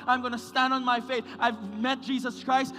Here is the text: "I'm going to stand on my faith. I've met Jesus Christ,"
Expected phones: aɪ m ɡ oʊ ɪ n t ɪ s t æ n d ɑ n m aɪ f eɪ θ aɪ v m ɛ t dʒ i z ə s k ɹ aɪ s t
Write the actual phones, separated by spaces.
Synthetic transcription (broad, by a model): aɪ m ɡ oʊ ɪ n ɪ s t æ n d n m aɪ f eɪ θ aɪ v m ɛ t dʒ i z ə s k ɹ aɪ s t